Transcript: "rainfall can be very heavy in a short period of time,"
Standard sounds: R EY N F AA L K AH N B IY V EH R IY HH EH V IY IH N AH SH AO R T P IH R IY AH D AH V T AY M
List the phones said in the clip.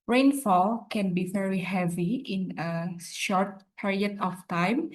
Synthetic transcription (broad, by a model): R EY N F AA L K AH N B IY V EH R IY HH EH V IY IH N AH SH AO R T P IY R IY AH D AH F T AY M